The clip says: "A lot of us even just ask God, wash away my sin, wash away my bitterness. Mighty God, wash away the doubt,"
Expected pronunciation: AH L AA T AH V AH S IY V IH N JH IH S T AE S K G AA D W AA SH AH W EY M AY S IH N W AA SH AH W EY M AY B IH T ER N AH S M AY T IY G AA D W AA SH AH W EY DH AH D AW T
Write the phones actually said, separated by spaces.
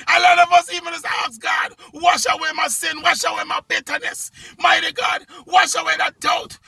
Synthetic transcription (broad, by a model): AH L AA T AH V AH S IY V IH N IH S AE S G AA D W AA SH AH W EY M AY S IH N W AA SH AH W EY M AY B IH T ER N AH S M AY T IY G AA D W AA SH AH W EY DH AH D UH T